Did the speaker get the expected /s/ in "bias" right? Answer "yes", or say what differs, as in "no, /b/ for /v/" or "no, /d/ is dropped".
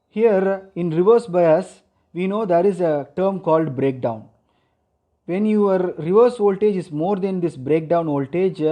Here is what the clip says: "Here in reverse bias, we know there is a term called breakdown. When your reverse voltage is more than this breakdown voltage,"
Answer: yes